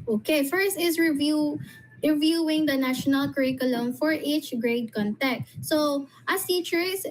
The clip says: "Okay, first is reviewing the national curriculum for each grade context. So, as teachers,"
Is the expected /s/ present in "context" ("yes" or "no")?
no